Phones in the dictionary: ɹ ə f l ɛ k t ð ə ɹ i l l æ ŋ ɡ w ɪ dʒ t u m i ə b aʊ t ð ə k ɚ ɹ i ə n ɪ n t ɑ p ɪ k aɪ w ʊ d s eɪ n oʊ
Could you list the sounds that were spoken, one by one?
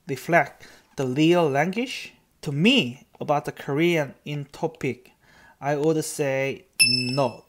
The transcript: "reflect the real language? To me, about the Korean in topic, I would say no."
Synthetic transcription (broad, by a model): ɹ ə f l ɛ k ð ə l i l l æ ŋ ɡ w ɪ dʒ t u m i ə b aʊ t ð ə k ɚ ɹ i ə n ɪ n t ɑ p ɪ k aɪ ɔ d s eɪ n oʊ